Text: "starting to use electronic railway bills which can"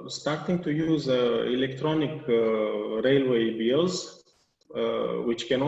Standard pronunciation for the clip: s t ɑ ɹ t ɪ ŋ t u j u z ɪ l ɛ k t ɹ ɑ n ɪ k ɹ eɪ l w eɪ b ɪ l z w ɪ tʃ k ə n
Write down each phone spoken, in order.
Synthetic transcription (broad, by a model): s t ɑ ɹ t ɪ ŋ t u j u z ɪ l ɛ k t ɹ ɑ n ɪ k ɹ eɪ l w eɪ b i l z w ɪ tʃ k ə n